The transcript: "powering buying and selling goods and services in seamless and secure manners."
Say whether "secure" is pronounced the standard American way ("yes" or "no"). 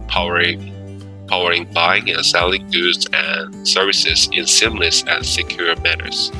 yes